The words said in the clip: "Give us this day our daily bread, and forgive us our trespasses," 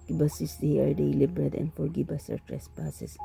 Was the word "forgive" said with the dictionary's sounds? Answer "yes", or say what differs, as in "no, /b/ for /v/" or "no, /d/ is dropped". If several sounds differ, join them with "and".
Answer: no, /b/ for /v/